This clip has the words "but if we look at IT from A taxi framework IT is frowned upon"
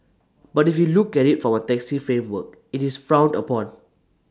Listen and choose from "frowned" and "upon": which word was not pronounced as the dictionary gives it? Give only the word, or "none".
none